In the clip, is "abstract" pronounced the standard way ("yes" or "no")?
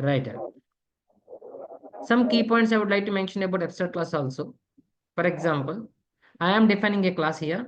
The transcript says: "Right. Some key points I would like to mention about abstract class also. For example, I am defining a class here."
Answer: no